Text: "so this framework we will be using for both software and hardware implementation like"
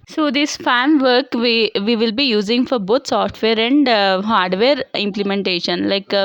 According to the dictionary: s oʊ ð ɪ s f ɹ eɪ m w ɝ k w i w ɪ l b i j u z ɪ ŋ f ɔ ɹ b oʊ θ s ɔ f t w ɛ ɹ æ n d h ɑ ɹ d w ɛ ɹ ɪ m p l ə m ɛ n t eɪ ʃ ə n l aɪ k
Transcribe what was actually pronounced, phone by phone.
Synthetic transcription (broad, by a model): s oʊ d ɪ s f eɪ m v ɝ k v i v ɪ l b i j u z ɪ ŋ f ɔ ɹ b oʊ t s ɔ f t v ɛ ɹ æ n d h ɑ ɹ d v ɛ ɹ ɪ m p l ə m ɛ n t eɪ ʃ ə n l aɪ k